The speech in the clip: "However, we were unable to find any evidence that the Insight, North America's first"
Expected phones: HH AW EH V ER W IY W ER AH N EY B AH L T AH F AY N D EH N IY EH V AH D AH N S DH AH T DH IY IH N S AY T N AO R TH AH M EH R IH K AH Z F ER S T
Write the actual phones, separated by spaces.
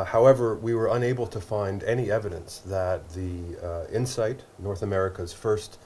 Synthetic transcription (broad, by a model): HH AW EH V ER W IY W ER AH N EY B L T AH F AY N D EH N IY EH V AH D AH N S DH AH T DH IY IH N S AY T N AO R TH AH M EH R IH K AH Z F ER S T